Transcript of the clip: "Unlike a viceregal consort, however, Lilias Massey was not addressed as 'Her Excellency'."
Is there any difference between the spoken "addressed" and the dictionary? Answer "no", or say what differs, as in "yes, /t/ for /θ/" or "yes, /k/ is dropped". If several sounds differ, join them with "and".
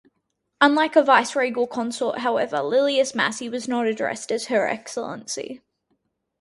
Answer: no